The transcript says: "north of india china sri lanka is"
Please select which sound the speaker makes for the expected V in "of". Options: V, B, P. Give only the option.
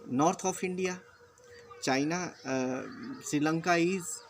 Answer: P